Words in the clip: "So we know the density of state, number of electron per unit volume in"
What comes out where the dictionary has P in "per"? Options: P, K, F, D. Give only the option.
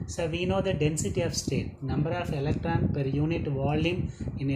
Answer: P